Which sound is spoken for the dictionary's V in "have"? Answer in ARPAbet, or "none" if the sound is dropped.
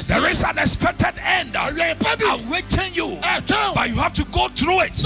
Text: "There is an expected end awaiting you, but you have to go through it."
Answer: F